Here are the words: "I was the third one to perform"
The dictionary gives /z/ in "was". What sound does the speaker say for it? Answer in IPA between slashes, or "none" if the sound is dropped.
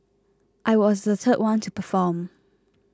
/z/